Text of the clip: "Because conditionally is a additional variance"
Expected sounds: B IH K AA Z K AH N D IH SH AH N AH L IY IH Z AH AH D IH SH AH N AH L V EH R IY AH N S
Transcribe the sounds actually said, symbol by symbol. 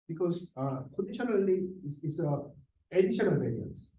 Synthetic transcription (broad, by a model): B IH K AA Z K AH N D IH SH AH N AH L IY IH S AH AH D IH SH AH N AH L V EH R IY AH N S